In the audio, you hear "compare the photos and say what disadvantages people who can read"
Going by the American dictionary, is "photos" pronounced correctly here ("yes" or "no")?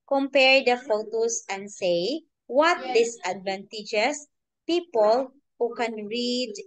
no